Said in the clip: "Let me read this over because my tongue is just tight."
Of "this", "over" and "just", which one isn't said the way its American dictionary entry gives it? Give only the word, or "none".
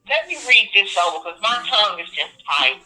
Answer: over